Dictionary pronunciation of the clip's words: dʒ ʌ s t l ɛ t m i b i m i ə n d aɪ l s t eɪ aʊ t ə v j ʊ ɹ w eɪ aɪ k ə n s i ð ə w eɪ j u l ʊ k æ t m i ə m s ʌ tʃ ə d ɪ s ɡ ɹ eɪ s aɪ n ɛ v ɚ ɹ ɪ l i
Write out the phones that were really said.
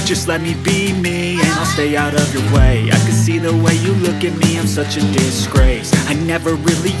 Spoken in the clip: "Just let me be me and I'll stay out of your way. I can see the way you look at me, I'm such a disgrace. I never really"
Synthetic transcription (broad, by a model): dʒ ʌ s t l ɛ t m i b i m i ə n aɪ l s t eɪ aʊ t ə v j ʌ ɹ w eɪ aɪ k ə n s i ð ə w eɪ j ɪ l ʊ k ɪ t m i ə m s ʌ tʃ ə d ɪ s ɡ ɹ eɪ s aɪ n ɛ v ɚ ɹ ɪ l i